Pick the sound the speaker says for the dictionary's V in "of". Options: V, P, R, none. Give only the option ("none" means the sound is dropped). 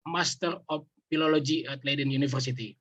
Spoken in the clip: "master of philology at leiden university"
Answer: P